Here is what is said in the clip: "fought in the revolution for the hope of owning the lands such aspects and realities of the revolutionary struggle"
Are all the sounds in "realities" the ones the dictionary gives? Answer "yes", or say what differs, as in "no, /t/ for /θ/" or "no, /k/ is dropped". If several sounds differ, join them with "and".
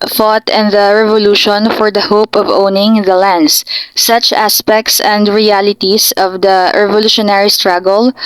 no, /s/ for /z/